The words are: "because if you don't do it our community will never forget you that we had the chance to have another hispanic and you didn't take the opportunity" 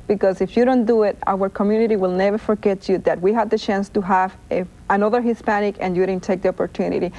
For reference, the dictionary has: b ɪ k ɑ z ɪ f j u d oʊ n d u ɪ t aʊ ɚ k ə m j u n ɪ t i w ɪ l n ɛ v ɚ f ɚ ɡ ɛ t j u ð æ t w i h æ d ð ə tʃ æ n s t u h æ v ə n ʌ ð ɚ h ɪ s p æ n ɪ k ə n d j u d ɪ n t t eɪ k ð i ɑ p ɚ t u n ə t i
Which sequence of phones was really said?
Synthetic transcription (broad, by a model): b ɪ k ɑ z ɪ f j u d oʊ n d u ɪ t aʊ ɚ k ə m j u n ɪ t i w ɪ l n ɛ v ɚ f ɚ ɡ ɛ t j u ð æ t w i h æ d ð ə tʃ æ n s t u h æ v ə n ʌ ð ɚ h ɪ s p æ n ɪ k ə n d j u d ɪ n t t eɪ k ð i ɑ p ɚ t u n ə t i